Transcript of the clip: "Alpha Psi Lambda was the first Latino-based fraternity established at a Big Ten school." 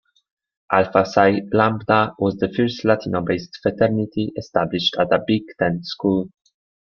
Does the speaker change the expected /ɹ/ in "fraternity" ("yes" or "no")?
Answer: yes